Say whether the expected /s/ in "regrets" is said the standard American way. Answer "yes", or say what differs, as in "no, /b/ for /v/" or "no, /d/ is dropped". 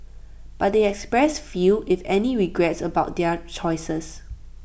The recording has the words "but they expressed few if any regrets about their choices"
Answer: yes